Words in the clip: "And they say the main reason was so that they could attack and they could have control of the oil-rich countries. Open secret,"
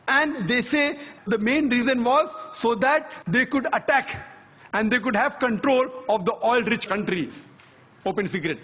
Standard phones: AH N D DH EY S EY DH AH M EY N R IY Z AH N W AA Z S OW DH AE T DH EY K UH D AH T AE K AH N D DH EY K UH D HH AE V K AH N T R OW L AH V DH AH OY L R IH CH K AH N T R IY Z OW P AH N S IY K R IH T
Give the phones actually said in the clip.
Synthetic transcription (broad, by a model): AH N D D EY S EY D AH M EY N R IY Z AH N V AA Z S OW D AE T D EY K UH D AH T AE K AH N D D EY K UH D HH AE V K AH N T R OW L AH V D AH OY L R IH CH K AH N T R IY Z OW P AH N S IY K R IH T